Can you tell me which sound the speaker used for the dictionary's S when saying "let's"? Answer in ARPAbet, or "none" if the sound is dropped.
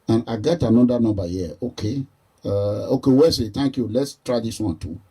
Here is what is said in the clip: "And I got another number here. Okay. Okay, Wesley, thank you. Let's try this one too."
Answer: S